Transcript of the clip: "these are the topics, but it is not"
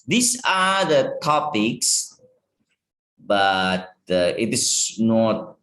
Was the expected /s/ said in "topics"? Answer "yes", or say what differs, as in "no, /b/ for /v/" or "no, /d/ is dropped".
yes